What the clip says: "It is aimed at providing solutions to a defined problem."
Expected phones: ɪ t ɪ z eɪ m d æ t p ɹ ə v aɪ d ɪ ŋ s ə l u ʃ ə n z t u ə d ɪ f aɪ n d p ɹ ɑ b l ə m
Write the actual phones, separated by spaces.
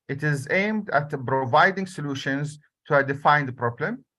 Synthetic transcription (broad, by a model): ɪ t ɪ z eɪ m d æ t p ɹ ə v aɪ d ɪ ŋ s ə l u ʃ ə n z t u ə d ɪ f aɪ n d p ɹ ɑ b l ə m